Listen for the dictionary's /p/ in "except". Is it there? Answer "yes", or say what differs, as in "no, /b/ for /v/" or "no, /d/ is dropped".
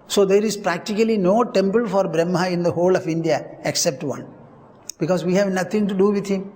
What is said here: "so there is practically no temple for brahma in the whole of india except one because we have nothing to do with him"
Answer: yes